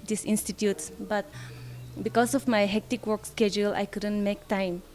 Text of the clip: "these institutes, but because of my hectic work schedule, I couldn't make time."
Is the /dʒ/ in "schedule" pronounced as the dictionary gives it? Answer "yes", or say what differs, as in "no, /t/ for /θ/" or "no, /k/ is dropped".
yes